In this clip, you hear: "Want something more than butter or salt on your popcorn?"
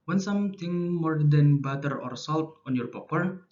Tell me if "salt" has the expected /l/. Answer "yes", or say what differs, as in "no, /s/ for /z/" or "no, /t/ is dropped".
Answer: yes